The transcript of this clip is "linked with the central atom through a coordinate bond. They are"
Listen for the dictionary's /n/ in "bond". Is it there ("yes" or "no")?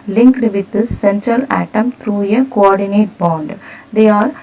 yes